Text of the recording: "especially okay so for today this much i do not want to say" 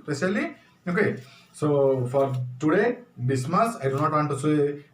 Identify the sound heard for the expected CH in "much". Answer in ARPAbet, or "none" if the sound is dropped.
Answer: S